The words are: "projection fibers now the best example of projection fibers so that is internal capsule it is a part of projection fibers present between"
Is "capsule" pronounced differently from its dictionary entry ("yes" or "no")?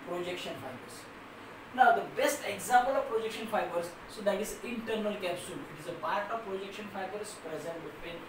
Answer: no